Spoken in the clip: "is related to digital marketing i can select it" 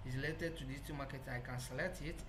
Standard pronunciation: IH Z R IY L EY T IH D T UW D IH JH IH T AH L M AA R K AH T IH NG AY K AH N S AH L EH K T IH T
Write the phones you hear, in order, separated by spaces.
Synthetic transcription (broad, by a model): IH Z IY L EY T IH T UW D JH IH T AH M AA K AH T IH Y K AH N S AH L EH T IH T